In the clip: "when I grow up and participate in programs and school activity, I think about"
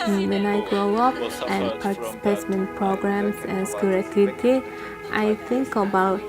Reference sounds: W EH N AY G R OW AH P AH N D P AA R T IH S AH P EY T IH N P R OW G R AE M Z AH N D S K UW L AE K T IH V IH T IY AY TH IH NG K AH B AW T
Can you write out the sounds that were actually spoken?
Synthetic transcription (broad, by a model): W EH N AY G R OW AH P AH N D P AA R T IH S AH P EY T IH N P R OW G R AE M S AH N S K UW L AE T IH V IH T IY AY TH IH NG K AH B AW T